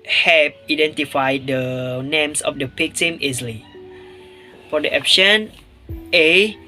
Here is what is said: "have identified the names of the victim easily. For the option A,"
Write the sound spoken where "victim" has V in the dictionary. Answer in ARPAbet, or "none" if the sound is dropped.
P